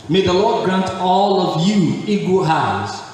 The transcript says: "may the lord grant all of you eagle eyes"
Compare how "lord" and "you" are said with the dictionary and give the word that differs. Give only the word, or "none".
none